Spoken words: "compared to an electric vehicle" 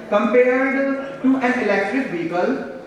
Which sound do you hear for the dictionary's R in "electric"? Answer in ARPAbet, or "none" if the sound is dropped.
R